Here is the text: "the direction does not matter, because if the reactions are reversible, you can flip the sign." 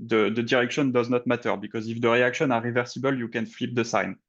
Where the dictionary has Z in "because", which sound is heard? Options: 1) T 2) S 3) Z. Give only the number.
3